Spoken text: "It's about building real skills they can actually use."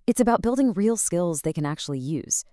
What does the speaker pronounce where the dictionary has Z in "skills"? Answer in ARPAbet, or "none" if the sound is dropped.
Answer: Z